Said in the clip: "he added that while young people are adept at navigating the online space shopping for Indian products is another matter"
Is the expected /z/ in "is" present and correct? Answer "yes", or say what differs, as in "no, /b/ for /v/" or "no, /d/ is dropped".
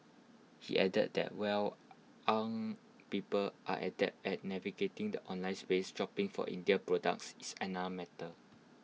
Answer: no, /s/ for /z/